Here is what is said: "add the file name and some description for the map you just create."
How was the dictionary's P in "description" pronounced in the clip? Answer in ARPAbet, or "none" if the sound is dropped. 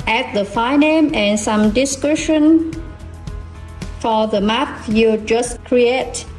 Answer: none